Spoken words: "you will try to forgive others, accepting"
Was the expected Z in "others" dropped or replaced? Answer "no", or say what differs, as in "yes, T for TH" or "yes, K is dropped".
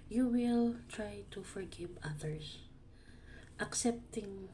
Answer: yes, S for Z